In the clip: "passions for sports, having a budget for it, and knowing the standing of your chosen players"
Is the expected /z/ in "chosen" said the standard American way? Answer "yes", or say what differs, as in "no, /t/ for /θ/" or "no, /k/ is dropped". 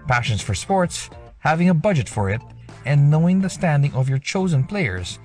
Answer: yes